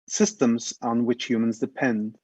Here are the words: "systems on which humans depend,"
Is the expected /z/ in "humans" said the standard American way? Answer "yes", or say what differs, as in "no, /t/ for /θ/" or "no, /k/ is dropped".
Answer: yes